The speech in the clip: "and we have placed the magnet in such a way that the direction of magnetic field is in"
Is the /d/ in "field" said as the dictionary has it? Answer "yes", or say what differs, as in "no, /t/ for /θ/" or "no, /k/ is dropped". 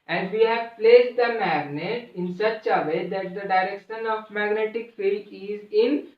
no, /d/ is dropped